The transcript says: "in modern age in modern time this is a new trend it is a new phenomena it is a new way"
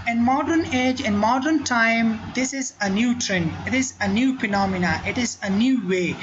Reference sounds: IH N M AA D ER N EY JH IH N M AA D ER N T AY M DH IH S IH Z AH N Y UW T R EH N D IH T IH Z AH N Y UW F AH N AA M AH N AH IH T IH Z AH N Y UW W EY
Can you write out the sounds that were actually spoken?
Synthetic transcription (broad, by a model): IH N M AA D ER N EY JH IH N M AA D ER N T AY M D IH S IH Z AH N Y UW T R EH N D IH T IH Z AH N Y UW P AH N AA M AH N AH IH T IH Z AH N Y UW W EY